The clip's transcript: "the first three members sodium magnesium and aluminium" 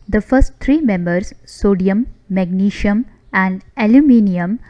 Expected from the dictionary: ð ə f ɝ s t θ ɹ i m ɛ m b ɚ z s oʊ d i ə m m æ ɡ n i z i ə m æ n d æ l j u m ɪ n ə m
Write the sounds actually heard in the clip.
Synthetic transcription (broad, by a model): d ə f ɝ s t t ɹ i m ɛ m b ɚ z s oʊ d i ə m m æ ɡ n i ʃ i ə m æ n d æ l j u m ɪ n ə m